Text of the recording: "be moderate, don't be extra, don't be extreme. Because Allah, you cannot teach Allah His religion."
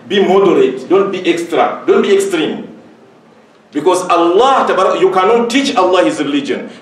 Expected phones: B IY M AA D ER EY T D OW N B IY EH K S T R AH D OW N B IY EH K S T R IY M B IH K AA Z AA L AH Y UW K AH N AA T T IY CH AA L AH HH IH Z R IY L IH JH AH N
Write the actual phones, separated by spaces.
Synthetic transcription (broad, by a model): B IY M AA D ER EY T D OW N B IY EH K S T R AH D OW N B IY EH K S T R IY M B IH K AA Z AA L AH Y UW K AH N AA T T IY CH AA L AH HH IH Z R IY L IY JH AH N